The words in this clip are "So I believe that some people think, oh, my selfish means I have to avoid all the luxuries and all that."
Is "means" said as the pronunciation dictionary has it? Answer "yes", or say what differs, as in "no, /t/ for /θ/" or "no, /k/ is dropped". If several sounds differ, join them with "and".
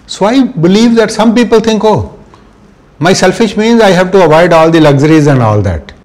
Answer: yes